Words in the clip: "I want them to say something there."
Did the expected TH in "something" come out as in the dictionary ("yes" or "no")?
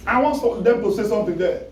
no